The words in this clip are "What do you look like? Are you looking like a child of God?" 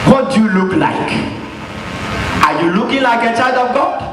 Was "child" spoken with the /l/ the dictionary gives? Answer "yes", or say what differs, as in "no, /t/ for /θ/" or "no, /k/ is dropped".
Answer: no, /l/ is dropped